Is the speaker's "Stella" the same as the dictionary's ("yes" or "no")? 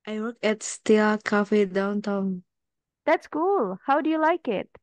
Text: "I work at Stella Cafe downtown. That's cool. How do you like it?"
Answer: no